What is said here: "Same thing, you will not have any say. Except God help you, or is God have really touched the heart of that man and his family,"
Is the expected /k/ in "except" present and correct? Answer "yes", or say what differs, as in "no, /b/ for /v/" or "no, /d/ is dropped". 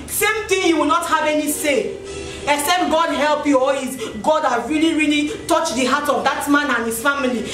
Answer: no, /k/ is dropped